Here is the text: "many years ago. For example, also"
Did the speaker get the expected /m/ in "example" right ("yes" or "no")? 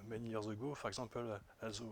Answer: no